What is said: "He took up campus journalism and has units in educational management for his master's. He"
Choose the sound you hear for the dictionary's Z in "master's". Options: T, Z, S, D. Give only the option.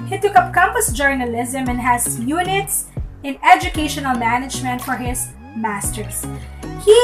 S